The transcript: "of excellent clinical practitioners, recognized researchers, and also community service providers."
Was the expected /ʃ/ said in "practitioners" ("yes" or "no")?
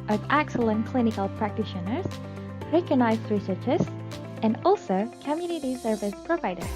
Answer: yes